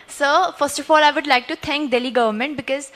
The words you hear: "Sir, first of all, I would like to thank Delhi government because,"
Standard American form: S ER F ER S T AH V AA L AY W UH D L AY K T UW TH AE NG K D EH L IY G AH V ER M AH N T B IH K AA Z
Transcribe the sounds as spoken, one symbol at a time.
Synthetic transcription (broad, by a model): S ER F ER S T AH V AA L AY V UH D L AY K T UW T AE NG K D EH L IY G AH V ER M AH N T B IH K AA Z